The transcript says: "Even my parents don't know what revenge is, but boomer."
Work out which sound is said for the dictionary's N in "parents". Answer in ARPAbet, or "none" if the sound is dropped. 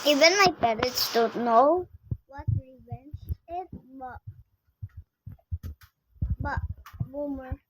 none